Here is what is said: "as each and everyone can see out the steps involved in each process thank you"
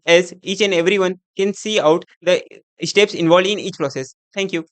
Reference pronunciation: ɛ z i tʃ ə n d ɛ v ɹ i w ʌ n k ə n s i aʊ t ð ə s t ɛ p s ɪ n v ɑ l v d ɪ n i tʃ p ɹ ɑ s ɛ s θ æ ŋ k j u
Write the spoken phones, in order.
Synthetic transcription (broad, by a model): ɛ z i tʃ ə n d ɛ v ɹ i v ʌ n k ə n s i aʊ t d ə s t ɛ p s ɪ n v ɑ l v d ɪ n i tʃ p ɹ ɑ s ɛ s t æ ŋ k j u